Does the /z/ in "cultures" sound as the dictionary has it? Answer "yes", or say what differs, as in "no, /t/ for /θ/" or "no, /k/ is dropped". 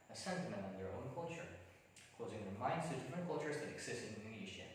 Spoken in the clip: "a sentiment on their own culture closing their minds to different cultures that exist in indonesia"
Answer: yes